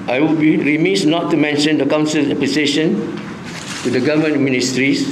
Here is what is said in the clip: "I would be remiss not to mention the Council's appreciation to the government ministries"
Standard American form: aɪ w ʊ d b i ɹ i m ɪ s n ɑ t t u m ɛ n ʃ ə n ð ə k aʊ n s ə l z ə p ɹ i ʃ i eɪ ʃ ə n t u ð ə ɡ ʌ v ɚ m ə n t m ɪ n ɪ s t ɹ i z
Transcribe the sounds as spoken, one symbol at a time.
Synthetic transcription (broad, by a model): aɪ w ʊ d b i ɹ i m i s n ɑ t t u m ɛ n ʃ ə n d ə k aʊ n s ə l ə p l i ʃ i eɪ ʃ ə n t u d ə ɡ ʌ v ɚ m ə n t m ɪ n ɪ s t ɹ i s